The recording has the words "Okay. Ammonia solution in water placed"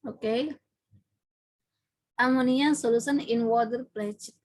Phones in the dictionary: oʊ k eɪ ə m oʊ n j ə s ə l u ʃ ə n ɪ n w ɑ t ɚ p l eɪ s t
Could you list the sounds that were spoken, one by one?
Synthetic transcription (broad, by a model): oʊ k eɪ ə m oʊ n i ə s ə l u s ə n ɪ n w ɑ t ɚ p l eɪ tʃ